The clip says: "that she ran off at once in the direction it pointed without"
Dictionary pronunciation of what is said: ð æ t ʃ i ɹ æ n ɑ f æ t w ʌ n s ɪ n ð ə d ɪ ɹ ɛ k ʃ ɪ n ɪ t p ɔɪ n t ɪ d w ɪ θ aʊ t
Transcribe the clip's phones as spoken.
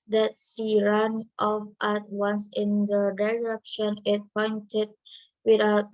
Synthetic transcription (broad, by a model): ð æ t s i ɹ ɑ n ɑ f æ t w ʌ n s ɪ n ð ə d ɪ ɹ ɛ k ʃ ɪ n ɪ t p ɔɪ n t ɪ d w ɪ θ aʊ t